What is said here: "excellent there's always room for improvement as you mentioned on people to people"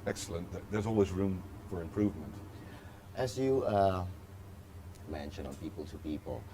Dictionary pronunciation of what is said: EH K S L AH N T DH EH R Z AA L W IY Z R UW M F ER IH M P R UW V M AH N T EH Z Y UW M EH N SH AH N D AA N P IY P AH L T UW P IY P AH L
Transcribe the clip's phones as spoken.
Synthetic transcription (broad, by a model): EH K S L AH N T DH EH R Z AA L W IY Z R UW M F ER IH M P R UW V M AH N T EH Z Y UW M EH N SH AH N AA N P IY P AH L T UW P IY P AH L